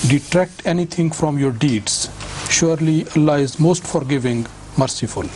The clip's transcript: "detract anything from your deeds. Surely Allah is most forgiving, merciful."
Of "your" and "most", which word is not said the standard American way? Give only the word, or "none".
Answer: none